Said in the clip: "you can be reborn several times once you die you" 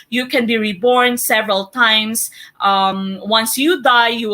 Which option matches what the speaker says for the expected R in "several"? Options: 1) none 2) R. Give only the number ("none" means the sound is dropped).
2